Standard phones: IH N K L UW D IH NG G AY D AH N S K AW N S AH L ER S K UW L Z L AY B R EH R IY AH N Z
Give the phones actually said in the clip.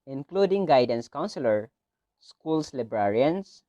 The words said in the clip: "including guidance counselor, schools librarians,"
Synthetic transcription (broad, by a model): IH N K L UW D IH NG G AY D AH N S K AW N S AH L ER S K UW L S L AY B R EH R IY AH N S